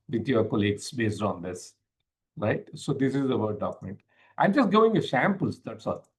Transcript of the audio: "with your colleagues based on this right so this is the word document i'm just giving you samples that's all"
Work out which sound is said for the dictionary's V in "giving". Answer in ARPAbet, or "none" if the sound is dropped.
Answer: none